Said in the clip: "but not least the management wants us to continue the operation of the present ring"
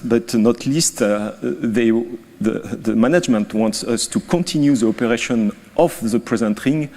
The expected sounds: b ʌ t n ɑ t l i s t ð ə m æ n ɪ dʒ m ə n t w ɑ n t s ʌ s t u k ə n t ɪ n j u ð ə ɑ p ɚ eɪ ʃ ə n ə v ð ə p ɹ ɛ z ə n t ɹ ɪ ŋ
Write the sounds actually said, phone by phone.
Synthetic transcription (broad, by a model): b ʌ t n ɑ t l i s t ð ə m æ n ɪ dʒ m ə n t w ɑ n t s ʌ s t u k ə n t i n j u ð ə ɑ p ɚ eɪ ʃ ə n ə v ð ə p ɹ ɛ z ə n t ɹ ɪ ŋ